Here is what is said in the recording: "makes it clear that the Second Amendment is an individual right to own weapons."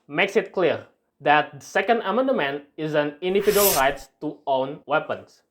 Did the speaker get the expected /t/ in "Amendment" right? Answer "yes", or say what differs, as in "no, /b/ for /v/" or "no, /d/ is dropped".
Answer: no, /t/ is dropped